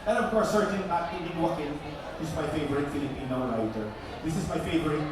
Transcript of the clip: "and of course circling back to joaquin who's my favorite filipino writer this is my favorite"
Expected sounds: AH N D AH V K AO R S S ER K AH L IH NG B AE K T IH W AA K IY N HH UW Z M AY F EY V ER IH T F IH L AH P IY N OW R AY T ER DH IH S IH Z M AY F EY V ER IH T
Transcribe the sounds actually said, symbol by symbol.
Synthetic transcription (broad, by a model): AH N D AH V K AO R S S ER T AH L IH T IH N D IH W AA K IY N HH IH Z M AY F EY V ER IH T F IH L AH P IY N OW R AY T ER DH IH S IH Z M AY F EY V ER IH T